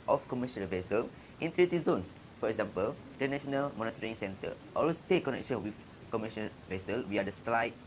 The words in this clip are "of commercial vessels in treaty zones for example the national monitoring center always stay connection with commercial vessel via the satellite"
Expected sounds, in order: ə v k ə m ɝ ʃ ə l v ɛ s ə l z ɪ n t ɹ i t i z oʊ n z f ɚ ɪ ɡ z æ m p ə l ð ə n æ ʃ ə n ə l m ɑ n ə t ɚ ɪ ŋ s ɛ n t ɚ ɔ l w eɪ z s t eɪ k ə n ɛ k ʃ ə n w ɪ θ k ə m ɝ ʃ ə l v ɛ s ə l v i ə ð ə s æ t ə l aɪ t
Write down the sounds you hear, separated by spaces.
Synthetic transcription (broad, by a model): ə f k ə m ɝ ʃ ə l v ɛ s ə l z ɪ n t ɹ i t i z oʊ n s f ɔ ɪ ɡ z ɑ m p ə l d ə n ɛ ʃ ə n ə l m ɑ n ə t ɚ ɪ ŋ s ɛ n t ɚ ɔ l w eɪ s t eɪ k ə n ɛ k ʃ ə n w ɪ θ k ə m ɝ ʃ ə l v ɛ s ə l w i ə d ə s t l aɪ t